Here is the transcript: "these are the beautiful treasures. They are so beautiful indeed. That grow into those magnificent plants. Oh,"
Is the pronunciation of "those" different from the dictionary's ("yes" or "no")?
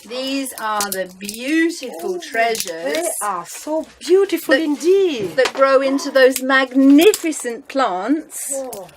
no